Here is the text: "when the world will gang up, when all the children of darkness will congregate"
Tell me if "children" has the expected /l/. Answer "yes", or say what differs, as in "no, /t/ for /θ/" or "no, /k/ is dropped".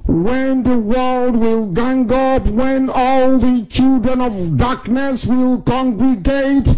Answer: yes